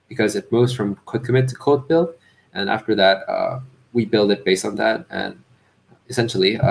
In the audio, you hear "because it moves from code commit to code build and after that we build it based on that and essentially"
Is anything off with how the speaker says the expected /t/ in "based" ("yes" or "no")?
no